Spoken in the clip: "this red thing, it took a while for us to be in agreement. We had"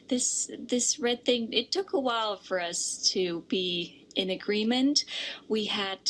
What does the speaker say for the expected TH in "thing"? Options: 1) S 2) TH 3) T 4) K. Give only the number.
2